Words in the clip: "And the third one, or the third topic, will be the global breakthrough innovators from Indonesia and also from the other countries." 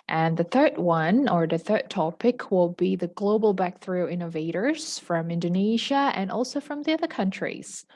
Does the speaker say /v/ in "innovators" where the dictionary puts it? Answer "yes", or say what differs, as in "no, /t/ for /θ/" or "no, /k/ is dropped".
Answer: yes